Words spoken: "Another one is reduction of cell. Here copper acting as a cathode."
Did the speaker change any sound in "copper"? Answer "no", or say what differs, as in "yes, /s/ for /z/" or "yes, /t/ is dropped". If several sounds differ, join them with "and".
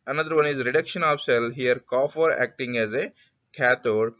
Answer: yes, /f/ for /p/